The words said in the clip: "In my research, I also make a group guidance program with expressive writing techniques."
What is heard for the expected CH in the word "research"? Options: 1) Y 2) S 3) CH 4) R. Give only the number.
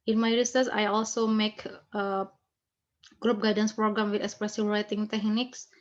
2